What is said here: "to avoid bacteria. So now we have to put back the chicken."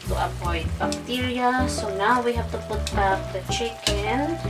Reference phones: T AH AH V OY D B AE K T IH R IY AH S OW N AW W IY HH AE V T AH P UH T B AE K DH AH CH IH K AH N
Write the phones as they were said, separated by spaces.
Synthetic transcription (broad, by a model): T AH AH P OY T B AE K T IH R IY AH S OW N AW W IY HH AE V T AH P UH T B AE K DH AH CH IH K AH N